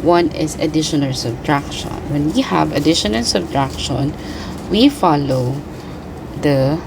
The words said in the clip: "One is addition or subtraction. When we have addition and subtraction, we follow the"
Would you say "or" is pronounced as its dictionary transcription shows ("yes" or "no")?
no